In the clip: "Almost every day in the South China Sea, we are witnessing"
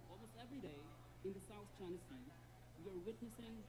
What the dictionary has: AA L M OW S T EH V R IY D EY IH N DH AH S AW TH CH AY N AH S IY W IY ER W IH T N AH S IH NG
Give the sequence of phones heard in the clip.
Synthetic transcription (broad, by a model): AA L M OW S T EH V R IY D EY IH N DH AH S AW TH CH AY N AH S IY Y ER W IH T N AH S IH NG